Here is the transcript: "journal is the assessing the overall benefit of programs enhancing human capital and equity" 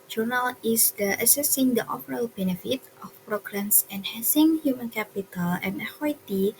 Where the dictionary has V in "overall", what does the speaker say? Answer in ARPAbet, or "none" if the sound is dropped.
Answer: F